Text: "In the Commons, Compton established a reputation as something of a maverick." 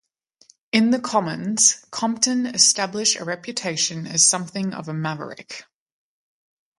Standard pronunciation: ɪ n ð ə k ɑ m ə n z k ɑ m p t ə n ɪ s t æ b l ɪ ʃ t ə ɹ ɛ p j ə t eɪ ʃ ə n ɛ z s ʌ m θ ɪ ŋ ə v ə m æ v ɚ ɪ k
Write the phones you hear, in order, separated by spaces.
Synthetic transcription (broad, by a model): ɪ n ð ə k ɑ m ə n z k ɑ m p t ə n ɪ s t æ b l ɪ ʃ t ə ɹ ɛ p j ə t eɪ ʃ ə n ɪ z s ʌ m θ ɪ ŋ ə v ə m æ v ɚ ɪ k